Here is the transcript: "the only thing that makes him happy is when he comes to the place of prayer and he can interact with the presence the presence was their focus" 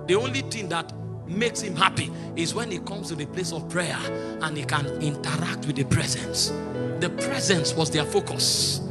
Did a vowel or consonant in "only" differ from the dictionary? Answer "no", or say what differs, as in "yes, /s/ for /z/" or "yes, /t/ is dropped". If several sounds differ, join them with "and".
no